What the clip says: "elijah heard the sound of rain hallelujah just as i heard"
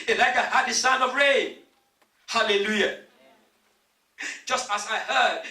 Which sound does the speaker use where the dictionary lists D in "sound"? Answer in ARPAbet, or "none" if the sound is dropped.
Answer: none